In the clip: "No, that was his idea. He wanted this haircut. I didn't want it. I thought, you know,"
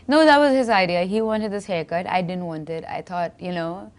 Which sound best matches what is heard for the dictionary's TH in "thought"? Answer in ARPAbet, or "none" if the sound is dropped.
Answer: T